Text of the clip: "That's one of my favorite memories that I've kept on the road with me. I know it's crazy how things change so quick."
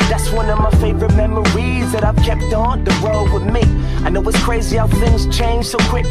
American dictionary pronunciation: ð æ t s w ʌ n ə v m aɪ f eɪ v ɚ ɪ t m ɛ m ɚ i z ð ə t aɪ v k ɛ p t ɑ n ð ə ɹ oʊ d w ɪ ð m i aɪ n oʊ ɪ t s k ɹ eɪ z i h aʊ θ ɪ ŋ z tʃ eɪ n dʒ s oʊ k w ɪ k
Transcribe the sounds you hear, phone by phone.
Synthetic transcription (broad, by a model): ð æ t s w ʌ n ə v m aɪ f eɪ v ɚ ɪ t m ɛ m ɚ i z ð ə t aɪ v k ɛ p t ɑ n ð ə w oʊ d w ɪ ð m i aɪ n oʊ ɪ t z k ɹ eɪ z i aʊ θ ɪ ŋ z tʃ eɪ n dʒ s oʊ k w ɪ k